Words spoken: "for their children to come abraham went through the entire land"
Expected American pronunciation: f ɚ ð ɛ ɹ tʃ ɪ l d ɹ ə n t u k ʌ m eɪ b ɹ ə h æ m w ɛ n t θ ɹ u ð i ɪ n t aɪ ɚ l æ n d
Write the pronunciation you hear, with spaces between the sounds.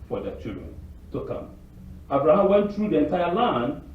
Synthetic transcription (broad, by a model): f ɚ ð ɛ tʃ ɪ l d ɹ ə n t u k ʌ m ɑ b ɹ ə h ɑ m w ɛ n t θ ɹ u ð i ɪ n t aɪ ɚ l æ n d